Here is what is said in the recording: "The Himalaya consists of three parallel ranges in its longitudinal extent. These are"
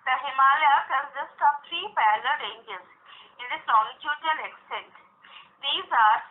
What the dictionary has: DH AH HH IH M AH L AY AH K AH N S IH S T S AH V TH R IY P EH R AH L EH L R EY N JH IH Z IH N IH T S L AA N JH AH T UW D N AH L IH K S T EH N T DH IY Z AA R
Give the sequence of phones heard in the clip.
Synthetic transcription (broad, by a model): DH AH HH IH M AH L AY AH K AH N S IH S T AH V T R IY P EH L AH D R EY N JH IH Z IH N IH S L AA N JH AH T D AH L IH K S T EH N T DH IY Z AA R